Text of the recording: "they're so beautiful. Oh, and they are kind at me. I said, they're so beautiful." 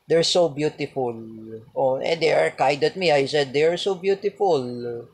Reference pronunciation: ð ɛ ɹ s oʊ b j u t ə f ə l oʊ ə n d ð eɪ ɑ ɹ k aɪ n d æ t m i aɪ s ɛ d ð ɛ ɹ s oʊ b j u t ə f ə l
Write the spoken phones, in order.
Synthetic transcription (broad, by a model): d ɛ ɹ s oʊ b j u t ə f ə l oʊ ə n d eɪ ɑ ɹ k aɪ d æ t m i aɪ s ɛ d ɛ ɹ s oʊ b j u t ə f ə l